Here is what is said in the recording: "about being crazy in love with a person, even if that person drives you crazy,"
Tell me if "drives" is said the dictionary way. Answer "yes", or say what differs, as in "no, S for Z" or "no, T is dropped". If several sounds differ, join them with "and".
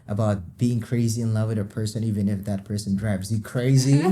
no, B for V